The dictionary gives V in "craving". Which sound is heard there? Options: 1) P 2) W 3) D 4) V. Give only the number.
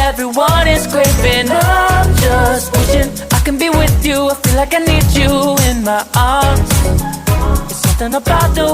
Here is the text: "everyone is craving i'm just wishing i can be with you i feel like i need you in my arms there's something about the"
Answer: 1